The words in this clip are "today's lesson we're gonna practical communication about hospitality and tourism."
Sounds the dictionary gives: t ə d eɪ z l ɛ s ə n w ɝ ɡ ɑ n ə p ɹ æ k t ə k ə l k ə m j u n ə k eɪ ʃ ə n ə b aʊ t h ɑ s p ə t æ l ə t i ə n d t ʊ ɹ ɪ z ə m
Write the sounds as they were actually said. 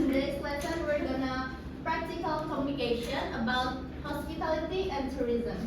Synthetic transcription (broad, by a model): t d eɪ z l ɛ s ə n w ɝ ɡ ɑ n ə p ɹ æ k t ə k ə l k ə m j u n ə k eɪ ʃ ə n ə b aʊ t h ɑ s p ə t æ l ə t i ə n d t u ɹ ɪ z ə m